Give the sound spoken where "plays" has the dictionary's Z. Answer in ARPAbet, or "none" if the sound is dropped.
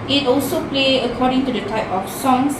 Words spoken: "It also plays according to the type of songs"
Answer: none